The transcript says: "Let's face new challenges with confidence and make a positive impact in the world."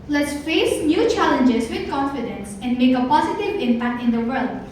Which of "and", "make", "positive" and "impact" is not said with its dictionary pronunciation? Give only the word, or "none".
none